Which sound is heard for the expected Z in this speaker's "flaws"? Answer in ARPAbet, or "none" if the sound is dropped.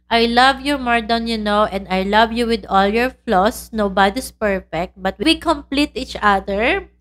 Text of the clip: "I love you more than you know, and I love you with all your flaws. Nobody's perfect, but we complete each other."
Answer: S